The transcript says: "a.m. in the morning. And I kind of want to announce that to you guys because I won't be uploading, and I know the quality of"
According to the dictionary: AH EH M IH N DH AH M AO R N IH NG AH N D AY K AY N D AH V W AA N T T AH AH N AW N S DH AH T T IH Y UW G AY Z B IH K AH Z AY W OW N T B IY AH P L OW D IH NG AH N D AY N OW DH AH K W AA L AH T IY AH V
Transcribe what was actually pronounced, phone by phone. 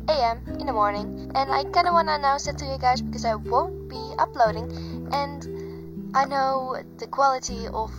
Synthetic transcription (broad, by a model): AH EH M IH N DH AH M AO R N IH NG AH N AY K AY N D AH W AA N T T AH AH N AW S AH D T IH Y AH G AY Z B IH K AH Z AY W OW N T B IY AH P L OW D IH NG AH N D AY N OW DH AH K W AA L AH T IY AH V